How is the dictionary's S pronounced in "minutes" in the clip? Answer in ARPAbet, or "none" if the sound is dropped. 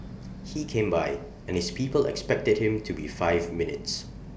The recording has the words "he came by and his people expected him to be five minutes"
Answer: S